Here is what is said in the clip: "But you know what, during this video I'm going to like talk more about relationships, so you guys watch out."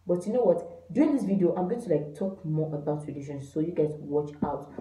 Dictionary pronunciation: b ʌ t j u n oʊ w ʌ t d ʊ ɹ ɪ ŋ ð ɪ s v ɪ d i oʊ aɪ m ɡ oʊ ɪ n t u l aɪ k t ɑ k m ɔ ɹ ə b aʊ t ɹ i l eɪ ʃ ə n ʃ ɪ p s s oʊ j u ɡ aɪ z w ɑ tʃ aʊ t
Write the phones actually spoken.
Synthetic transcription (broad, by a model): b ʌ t j u n oʊ w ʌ t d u ɪ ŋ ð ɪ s v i d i oʊ aɪ m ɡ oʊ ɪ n t u l aɪ k t ɑ k m ɔ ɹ ə b aʊ t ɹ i l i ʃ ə n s s oʊ j u ɡ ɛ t w ɑ tʃ aʊ t